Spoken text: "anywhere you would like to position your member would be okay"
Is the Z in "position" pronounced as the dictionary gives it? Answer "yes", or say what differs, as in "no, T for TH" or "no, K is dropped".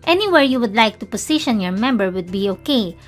no, S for Z